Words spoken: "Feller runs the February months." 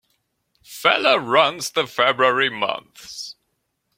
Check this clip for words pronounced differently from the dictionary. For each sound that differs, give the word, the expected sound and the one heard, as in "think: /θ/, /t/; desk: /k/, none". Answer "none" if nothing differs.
none